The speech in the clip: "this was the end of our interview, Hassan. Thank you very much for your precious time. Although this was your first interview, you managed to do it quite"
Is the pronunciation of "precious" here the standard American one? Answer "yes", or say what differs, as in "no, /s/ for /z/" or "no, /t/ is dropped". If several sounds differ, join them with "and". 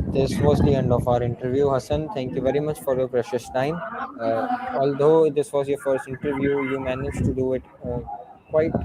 yes